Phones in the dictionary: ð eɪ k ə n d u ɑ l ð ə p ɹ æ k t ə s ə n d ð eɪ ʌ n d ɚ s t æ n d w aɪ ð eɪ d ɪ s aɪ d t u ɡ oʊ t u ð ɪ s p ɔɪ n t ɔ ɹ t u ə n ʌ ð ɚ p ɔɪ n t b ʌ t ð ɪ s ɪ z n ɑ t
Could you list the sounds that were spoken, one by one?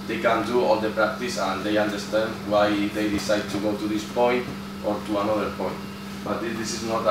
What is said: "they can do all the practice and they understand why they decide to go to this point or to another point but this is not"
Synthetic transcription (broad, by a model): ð eɪ k ə n d u ɑ l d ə p ɹ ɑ k t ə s ə n d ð eɪ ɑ n d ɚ s t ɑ n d w aɪ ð eɪ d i s aɪ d t u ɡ oʊ t u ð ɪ s p ɔɪ n t ɔ ɹ t u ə n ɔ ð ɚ p ɔɪ n t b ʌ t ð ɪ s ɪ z n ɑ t